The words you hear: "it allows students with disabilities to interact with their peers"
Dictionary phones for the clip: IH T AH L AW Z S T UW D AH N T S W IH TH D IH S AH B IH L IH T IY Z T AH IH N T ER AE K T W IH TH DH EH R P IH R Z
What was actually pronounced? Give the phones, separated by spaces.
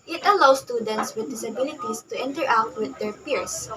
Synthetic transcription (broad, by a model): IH T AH L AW S T UW D AH N T S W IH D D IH S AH B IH L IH T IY S T AH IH N T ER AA T W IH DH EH R P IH R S